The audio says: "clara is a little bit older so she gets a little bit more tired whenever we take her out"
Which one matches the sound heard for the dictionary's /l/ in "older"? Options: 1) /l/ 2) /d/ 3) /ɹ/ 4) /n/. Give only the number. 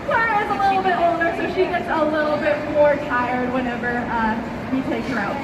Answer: 4